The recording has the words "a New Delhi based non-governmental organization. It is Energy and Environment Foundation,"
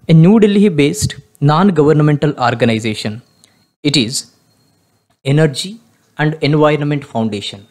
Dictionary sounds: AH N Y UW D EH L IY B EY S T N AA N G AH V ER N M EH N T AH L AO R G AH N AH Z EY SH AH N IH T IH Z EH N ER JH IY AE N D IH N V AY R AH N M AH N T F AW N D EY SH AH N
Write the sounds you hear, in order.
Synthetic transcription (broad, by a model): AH N Y UW D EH L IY B EY S T N AA N G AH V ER N M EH N T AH L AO R G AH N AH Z EY SH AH N IH T IH Z EH N ER JH IY AE N D IH N V AY R AH N M AH N T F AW N D EY SH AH N